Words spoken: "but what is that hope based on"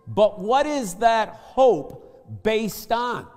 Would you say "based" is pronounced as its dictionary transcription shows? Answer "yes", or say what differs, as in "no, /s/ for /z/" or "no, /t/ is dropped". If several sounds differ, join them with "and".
yes